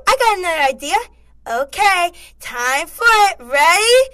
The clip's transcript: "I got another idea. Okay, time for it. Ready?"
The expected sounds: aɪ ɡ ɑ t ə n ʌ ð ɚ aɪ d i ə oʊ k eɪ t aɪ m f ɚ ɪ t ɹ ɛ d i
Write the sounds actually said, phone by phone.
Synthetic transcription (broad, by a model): aɪ ɡ ɑ t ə n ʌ ʊ aɪ d i ə oʊ k eɪ t aɪ m f ɚ ɪ t ɹ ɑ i